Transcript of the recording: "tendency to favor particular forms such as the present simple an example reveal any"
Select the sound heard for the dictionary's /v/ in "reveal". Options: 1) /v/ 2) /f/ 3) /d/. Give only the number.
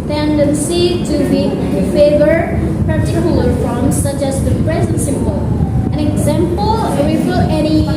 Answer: 2